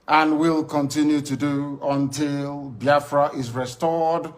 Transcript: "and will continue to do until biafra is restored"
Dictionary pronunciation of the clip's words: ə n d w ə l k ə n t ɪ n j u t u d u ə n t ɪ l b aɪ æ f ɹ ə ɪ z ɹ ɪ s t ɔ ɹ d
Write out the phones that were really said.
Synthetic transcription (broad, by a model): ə n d w ə l k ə n t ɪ n j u t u d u ə n t ɪ l b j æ f ɹ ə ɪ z ɹ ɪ s t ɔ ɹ d